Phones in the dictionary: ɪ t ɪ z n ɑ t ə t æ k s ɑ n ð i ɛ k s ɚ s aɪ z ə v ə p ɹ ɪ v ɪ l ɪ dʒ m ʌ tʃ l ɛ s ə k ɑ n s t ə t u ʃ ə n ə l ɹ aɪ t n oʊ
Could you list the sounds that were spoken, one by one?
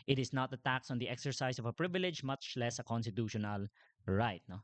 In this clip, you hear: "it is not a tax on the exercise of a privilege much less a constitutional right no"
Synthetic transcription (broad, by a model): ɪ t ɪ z n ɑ t ə t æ k s ɑ n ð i ɛ k s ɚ s aɪ s ə v ə p ɹ ɪ v ɪ l ɪ dʒ m ʌ tʃ l ɛ s ə k ɑ n s t ə t u ʃ ə n ə l ɹ aɪ t n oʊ